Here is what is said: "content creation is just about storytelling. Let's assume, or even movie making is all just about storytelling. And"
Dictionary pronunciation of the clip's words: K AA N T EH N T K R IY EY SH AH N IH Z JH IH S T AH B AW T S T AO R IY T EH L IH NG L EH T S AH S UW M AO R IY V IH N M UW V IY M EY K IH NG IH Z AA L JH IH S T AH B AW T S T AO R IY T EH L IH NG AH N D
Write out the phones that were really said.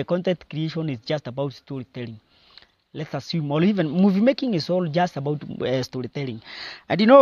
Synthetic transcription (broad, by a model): K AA N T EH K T K R IY EY SH AH N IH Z JH IH S T AH B AW T S T AO R IY T EH L IH NG L EH T S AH S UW M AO L IY V IH N M UW V IY M EY K IH NG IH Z AA L JH IH S T AH B AW T S T AO R IY T EH L IH NG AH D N